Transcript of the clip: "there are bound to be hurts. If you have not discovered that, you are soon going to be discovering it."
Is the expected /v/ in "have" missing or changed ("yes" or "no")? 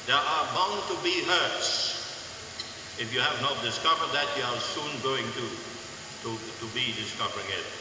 no